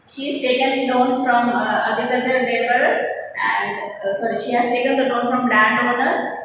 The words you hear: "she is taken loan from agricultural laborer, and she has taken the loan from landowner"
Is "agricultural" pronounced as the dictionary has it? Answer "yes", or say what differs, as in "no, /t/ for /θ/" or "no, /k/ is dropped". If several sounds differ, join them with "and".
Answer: no, /ɹ/ is dropped